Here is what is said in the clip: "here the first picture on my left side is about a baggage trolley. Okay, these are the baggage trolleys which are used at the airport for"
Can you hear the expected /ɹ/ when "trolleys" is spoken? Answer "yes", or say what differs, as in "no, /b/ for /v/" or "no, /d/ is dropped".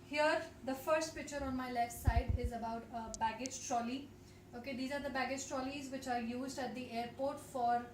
yes